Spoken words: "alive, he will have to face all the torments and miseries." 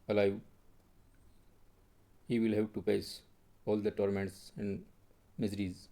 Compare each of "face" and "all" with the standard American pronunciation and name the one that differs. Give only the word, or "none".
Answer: face